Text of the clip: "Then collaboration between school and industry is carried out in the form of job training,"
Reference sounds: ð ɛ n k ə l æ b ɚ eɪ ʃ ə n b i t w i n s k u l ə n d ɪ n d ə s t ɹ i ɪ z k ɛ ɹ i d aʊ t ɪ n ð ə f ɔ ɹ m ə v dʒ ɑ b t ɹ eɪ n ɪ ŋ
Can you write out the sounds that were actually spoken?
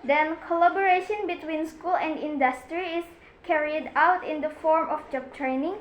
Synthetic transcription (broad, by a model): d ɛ n k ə l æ b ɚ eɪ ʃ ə n b i t w i n s k u l ə n d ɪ n d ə s t ɹ i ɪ s k ɛ ɹ i d aʊ t ɪ n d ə f ɔ ɹ m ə f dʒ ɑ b t ɹ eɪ n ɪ ŋ